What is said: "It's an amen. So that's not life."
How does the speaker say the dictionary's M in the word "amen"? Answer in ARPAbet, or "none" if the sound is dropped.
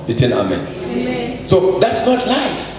M